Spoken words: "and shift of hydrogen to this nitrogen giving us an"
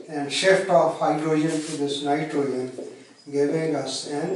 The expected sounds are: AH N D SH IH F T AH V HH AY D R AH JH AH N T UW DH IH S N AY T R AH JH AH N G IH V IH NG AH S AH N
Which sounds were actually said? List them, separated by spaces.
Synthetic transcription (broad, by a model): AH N D SH IH F T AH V HH AY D R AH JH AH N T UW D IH S N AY T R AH AH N G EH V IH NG AH S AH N